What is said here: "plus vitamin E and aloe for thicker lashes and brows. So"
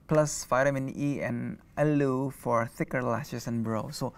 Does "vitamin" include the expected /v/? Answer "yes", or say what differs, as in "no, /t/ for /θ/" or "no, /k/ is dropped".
no, /f/ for /v/